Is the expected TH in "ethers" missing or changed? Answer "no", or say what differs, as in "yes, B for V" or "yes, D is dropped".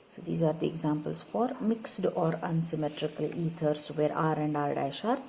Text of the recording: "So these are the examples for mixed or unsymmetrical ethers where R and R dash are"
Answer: yes, T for TH